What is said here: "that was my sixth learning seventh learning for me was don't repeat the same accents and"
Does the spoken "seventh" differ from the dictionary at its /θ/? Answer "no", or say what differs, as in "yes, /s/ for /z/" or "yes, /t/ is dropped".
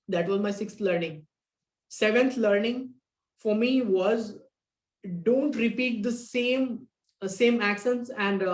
yes, /t/ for /θ/